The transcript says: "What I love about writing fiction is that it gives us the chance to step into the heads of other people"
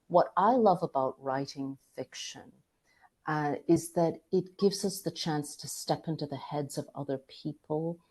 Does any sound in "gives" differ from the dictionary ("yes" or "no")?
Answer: no